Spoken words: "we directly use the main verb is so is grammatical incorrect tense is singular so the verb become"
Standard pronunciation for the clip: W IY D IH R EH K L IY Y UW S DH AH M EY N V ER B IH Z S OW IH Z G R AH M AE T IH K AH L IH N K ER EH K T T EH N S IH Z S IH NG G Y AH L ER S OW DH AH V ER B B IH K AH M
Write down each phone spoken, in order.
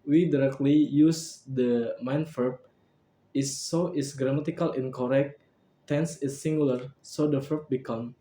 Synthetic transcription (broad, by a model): W IY D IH R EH K L IY Y UW S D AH M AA N F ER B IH S OW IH S G R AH M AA T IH K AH L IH N K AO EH K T T EH N S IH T S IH NG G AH L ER S OW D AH F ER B B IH K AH M